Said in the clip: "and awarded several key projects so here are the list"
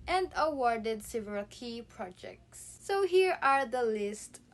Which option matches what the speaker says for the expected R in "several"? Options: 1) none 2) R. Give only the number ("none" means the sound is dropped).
1